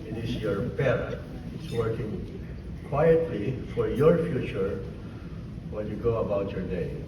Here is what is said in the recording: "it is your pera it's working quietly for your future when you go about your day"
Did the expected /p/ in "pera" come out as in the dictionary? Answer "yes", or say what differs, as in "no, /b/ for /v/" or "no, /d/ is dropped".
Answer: no, /b/ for /p/